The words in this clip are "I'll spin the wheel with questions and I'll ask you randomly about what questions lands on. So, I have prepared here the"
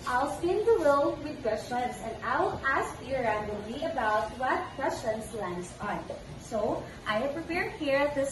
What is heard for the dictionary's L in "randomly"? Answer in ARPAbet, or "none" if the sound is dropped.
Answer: none